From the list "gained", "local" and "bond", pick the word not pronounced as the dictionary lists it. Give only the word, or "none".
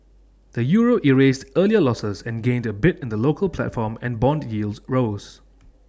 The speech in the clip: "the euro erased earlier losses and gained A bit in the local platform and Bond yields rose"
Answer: none